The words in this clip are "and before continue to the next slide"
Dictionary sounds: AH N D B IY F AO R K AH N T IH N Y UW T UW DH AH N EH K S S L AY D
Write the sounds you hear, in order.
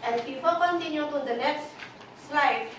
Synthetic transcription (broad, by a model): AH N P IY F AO L K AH N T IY N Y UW T UW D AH N EH K S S L AY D